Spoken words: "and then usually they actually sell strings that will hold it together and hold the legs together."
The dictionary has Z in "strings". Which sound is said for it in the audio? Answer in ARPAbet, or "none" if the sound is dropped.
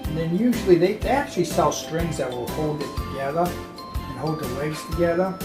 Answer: Z